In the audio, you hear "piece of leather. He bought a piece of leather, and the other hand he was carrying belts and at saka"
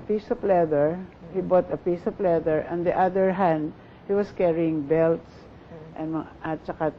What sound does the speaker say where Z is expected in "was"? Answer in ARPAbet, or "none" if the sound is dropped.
S